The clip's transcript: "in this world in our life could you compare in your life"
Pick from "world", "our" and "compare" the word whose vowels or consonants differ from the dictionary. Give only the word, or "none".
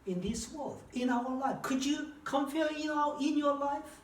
compare